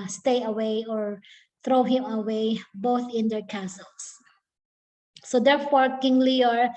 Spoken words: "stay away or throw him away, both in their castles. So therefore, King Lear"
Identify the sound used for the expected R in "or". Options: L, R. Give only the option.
R